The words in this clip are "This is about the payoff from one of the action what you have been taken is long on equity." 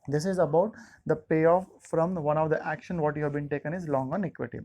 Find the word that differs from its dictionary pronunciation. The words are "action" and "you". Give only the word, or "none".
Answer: none